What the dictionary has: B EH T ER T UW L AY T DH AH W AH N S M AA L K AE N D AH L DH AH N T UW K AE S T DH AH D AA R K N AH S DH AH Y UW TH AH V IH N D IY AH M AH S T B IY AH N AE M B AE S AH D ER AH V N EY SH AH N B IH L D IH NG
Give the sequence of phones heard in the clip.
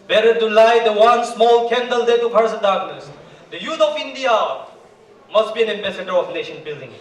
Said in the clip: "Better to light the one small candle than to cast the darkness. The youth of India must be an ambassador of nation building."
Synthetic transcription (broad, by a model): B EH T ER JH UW L AY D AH W AH N S M AA L K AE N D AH L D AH T UW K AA T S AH D AA R K N AH S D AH Y UW T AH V IH N D IY AH M AH S T B IY AH N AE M B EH S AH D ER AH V N EY SH AH N B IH L D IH NG